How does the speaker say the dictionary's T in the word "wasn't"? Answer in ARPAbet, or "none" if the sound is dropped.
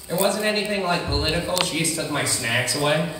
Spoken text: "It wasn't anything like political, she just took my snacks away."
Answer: T